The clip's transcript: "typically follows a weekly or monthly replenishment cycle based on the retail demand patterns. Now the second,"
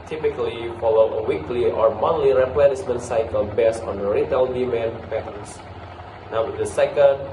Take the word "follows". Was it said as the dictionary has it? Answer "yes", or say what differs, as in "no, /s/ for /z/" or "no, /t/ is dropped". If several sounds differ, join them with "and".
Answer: no, /z/ is dropped